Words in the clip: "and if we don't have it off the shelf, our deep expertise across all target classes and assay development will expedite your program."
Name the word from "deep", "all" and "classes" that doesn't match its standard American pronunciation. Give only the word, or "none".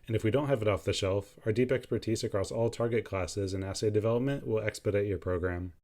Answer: none